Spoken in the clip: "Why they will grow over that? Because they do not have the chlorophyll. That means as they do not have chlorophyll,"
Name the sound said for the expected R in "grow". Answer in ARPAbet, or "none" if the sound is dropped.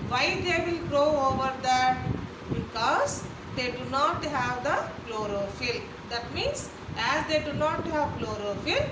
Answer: R